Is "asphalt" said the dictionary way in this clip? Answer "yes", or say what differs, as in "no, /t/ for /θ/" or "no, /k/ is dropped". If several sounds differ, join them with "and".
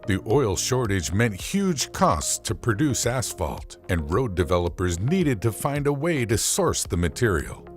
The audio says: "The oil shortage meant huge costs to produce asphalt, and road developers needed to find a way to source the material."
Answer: yes